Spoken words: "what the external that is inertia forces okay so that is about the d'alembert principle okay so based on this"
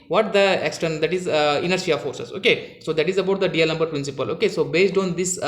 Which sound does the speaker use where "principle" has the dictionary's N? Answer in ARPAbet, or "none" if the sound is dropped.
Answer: N